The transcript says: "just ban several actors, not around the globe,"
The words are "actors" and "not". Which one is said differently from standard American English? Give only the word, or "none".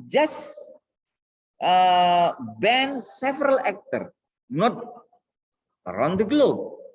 actors